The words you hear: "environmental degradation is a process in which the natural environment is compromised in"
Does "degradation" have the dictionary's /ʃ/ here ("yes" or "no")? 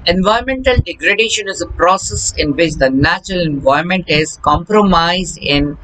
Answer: yes